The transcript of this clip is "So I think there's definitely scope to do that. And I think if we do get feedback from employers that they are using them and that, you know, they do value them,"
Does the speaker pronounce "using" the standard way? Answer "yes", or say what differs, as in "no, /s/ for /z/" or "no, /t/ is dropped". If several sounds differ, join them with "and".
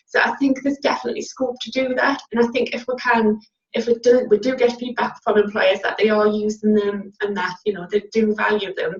yes